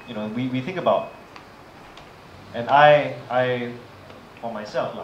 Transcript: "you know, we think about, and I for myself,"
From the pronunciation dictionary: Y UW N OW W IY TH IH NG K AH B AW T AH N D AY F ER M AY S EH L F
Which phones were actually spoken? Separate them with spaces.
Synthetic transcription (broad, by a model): Y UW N OW W IY TH IH NG K AH B AW T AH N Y AY F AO M AY S EH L F